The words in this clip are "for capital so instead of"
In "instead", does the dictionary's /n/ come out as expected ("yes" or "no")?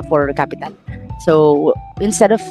yes